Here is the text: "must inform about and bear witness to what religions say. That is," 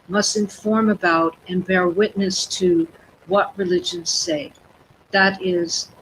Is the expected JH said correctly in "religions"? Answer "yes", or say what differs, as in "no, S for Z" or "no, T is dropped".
yes